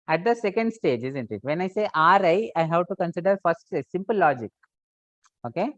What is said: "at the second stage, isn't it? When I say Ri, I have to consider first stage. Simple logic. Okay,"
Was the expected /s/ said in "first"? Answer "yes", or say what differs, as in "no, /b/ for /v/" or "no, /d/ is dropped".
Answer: no, /s/ is dropped